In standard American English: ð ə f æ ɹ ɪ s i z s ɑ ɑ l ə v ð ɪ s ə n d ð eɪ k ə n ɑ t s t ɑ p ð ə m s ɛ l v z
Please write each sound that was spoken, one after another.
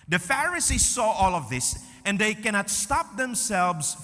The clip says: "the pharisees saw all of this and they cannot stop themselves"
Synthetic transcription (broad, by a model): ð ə f æ ɹ ɪ s i z s ɑ ɑ l ə v ð ɪ s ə n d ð eɪ k ə n ɑ t s t ɑ p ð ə m s ɛ l v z